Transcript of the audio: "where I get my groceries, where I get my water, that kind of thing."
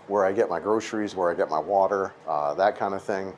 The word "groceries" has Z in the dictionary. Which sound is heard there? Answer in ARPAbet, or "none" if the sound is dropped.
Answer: Z